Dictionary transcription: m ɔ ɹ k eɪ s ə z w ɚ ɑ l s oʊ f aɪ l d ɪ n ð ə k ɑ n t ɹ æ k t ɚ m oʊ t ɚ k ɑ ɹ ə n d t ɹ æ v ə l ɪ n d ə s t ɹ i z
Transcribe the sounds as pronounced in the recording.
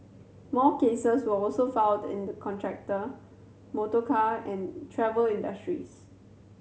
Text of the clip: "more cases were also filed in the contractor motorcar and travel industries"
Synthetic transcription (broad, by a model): m ɔ k eɪ s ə s w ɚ ɑ l s oʊ f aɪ n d ɪ n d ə k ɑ n t ɹ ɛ k t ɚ m oʊ t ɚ k ɑ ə n t ɹ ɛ v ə l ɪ n d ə s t ɹ i s